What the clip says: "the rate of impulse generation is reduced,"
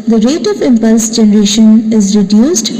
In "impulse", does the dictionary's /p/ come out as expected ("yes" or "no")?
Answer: yes